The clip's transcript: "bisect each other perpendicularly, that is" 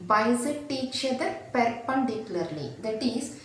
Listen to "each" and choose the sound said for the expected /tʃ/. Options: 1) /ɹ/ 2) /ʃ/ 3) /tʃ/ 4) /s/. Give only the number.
3